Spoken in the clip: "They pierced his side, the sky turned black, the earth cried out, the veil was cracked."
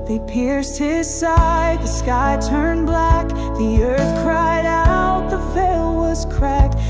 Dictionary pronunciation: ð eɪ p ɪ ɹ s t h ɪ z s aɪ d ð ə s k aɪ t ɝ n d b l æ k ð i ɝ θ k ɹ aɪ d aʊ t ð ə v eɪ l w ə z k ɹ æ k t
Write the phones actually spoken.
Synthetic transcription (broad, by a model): ð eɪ p ɪ ɹ s t h ɪ z s aɪ d ð ə s k aɪ t ɝ n b l æ k ð i ɝ θ k ɹ aɪ d aʊ t ð ə f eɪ l w ə z k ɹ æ k t